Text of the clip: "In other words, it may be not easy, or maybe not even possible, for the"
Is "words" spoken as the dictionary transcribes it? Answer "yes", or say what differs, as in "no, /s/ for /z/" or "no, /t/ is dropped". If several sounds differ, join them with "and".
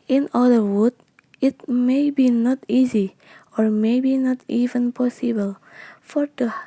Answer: no, /z/ is dropped